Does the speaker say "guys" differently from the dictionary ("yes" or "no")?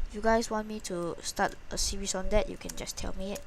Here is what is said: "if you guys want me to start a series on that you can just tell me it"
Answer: yes